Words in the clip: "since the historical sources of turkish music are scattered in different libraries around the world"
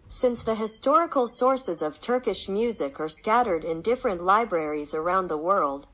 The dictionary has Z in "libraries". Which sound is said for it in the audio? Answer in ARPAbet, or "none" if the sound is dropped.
Z